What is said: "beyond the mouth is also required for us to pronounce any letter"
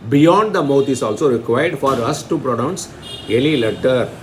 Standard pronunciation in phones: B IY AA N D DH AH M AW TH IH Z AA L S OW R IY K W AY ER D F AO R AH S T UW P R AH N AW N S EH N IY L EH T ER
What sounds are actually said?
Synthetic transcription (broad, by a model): B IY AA N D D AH M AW T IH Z AA L S OW R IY K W AY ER D F AO R AH S T UW P R AH N AW N S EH L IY L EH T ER